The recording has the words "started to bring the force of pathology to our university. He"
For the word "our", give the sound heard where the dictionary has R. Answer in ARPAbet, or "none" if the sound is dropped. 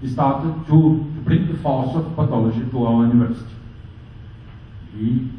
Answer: L